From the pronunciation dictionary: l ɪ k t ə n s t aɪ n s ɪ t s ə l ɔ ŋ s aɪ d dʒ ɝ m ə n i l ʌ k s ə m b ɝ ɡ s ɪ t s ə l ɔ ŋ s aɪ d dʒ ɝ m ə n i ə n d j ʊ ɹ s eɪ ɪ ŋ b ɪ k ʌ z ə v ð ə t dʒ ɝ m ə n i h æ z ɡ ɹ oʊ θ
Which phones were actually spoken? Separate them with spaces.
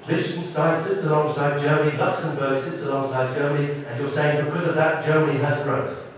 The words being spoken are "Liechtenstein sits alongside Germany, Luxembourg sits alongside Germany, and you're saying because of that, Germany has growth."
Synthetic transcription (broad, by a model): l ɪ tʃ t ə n s t aɪ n s ɪ t s ə l ɔ ŋ s aɪ d dʒ ɝ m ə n i l ʌ k s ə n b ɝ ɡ s ɪ t s ə l ɔ ŋ s aɪ d dʒ ɝ m ə n i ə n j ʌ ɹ s eɪ ɪ ŋ b ɪ k ʌ z ə v ð ə t dʒ ɝ m ə n i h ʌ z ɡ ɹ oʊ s